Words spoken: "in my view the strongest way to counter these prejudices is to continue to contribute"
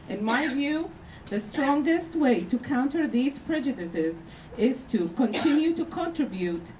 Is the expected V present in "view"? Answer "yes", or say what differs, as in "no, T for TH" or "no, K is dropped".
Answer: yes